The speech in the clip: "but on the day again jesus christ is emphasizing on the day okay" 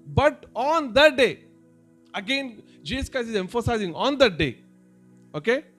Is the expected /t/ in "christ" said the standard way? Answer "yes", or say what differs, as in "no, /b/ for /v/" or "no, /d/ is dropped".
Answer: no, /t/ is dropped